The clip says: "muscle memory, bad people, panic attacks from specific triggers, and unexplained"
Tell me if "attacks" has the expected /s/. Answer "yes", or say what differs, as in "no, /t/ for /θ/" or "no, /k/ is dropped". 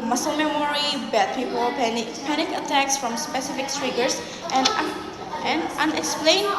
yes